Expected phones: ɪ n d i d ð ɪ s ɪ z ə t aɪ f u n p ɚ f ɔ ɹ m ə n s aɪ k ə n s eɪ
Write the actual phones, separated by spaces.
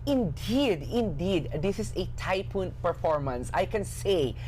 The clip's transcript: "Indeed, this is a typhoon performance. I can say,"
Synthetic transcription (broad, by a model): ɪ n d i d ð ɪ s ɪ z ə t aɪ p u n p ɚ f ɔ ɹ m ə n s aɪ k ə n s eɪ